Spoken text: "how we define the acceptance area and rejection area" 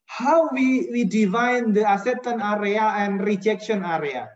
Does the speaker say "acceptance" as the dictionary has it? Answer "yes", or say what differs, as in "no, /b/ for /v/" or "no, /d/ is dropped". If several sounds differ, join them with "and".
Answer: no, /k/ is dropped and /p/ is dropped and /s/ is dropped